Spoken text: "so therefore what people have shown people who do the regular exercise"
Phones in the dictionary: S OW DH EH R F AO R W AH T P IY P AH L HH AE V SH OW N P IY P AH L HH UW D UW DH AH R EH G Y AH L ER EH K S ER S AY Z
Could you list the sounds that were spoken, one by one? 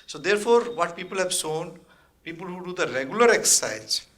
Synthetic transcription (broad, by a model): S OW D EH R F AO R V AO T P IY P AH L HH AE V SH OW N P IY P AH L HH UW D UW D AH R EH G Y AH L ER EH K S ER S AY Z